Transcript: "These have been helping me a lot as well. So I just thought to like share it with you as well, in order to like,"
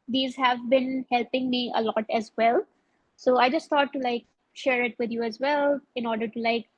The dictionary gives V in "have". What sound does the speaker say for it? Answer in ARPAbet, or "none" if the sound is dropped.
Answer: V